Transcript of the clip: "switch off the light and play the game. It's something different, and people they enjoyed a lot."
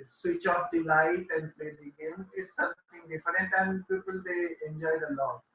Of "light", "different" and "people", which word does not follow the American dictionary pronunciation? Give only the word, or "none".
different